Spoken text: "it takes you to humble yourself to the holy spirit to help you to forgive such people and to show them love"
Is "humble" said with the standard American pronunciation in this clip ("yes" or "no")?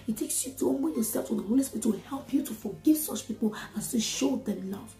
no